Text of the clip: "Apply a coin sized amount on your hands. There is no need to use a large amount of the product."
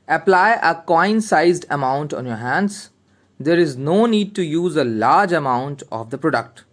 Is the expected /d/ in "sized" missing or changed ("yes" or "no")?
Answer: no